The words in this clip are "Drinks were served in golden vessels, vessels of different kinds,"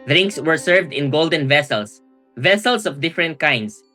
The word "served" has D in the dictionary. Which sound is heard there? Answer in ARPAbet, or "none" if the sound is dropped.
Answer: D